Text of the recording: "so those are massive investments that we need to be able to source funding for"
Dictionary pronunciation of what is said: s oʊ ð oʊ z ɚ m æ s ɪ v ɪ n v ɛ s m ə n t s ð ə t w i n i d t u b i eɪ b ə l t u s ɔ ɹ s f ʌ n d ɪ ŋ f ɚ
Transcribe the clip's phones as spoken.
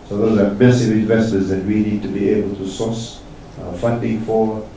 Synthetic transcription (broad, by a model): s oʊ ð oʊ ɚ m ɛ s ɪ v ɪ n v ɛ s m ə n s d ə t w i n i d t u b i eɪ b ə l t u s ɔ s f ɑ n d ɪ ŋ f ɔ